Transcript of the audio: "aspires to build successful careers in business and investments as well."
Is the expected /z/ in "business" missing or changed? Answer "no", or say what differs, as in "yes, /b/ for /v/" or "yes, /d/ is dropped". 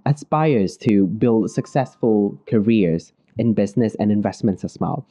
no